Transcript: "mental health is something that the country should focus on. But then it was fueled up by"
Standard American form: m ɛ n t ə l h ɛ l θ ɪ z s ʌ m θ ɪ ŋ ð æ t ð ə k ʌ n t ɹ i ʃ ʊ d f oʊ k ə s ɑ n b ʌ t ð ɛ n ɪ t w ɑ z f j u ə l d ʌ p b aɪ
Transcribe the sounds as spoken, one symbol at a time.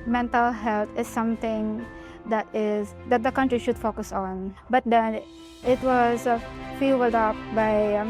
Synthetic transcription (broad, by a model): m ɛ n t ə l h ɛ l t ɪ z s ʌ m t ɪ ŋ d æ t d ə k ʌ n t ɹ i ʃ ʊ d f oʊ k ə s ɑ n b ʌ t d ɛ n ɪ t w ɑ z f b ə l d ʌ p b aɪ